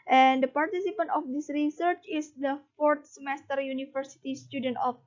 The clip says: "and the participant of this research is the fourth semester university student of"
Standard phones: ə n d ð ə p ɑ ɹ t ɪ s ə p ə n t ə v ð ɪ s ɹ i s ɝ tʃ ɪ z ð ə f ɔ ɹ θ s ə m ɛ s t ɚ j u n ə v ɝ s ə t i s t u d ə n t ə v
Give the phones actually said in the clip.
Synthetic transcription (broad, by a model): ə n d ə p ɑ ɹ t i s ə p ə n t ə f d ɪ s ɹ i s ɝ tʃ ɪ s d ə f ɔ ɹ t s ə m ɛ s t ɚ j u n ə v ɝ s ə t i s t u d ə n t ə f